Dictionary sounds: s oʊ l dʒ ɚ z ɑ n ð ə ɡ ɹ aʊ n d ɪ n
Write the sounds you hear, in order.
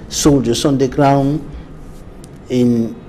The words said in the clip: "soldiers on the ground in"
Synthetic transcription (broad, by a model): s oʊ l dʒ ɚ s ɑ n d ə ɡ ɹ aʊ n ɪ n